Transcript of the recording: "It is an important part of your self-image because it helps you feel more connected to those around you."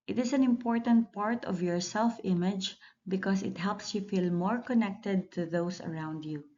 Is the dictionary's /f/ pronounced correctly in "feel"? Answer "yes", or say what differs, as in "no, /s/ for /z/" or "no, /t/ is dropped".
yes